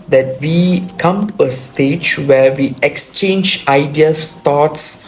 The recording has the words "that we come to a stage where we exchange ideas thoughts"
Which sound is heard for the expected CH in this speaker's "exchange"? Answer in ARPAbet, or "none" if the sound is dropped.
CH